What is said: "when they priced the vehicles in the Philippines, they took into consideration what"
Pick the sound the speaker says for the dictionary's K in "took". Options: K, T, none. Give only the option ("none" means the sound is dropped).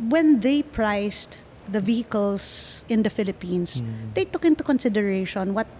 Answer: K